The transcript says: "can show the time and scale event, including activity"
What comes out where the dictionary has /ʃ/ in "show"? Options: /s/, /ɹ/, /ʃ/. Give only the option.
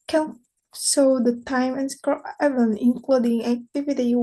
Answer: /s/